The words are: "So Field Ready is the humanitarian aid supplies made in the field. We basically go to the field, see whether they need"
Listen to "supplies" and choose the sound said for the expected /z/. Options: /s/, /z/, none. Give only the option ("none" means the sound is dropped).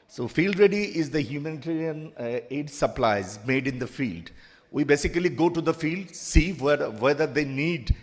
/z/